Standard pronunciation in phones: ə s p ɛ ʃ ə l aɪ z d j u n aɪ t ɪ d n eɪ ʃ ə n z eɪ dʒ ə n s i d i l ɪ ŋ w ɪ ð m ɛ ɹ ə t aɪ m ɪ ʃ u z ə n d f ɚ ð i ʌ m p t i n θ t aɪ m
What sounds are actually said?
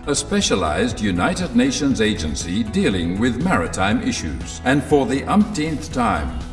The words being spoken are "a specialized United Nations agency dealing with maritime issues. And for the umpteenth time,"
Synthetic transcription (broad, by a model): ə s p ɛ ʃ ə l aɪ z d j u n aɪ t ɪ d n eɪ ʃ ə n z eɪ dʒ ə n s i d i l ɪ ŋ w ɪ ð m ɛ ɹ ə t aɪ m ɪ ʃ u z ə n f ɚ ð i ʌ m p t i n θ t aɪ m